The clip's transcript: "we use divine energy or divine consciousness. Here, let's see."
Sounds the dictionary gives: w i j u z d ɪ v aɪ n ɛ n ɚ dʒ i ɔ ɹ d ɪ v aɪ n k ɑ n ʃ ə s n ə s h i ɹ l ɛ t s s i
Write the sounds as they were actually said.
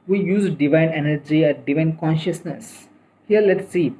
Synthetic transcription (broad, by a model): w i j u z d ɪ v aɪ n ɛ n ɚ dʒ i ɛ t d ɪ v aɪ n k ɑ n ʃ ə s n ə s h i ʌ l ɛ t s s i